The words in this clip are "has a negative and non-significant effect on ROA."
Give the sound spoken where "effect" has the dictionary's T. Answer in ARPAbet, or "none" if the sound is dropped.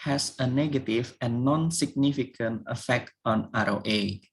T